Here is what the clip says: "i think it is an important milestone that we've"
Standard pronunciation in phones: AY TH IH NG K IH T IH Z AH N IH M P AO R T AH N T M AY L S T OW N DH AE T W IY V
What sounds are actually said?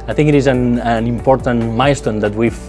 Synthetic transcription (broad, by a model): AY TH IH NG K IH T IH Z AH N IH M P AO R T AH N T M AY S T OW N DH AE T W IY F